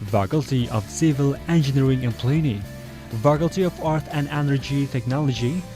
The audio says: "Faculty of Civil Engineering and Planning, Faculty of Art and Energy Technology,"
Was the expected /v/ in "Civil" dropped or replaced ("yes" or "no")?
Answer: no